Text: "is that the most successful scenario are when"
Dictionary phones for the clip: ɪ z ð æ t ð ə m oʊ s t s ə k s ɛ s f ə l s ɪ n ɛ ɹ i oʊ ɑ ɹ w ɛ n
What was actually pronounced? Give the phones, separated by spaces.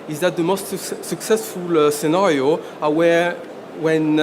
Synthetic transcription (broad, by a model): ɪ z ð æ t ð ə m oʊ s t s ə k s ɛ s f ə l s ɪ n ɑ ɹ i oʊ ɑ w w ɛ n